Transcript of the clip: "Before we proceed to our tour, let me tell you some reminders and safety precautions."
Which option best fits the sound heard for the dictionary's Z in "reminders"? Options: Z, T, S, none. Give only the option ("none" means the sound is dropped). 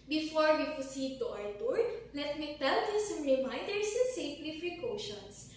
none